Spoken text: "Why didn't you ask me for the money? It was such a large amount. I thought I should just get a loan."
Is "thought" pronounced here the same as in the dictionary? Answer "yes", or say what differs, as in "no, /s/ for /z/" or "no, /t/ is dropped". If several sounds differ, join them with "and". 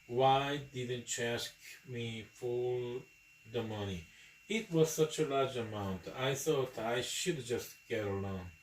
no, /s/ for /θ/